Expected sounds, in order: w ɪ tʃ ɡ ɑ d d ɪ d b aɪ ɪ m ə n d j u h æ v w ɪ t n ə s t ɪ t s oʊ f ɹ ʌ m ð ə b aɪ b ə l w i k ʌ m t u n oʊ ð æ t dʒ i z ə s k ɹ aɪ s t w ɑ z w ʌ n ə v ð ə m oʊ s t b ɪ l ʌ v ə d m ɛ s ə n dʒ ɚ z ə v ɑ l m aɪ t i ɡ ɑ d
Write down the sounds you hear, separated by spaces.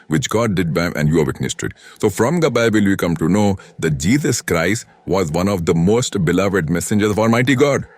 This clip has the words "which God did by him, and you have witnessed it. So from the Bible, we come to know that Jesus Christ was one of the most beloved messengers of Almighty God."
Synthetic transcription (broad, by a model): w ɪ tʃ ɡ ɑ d d ɪ d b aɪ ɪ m ə n d j u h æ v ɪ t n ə s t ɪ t s oʊ f ɹ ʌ m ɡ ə b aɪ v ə l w i k ʌ m t u n oʊ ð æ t dʒ i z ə s k ɹ aɪ s t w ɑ z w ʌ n ə v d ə m oʊ s t b ɪ l ʌ v ə d m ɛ s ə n dʒ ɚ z ə v ɑ l m aɪ t i ɡ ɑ d